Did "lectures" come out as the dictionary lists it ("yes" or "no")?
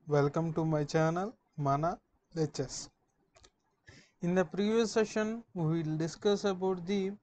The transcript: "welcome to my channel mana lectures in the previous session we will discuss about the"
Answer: no